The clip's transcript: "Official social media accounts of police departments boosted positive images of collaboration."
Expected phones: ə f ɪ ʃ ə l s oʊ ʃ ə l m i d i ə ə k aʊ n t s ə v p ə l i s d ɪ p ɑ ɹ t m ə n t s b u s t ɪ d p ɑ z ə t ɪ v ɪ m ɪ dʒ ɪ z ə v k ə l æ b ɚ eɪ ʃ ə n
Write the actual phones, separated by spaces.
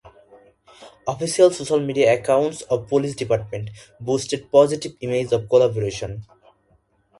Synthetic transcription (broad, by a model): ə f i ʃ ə l s oʊ ʃ ə l m i d i ə ə k aʊ n t s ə b p ə l i s d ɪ p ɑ ɹ t m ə n t b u s t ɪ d p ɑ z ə t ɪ b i m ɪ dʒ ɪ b k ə l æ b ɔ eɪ ʃ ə n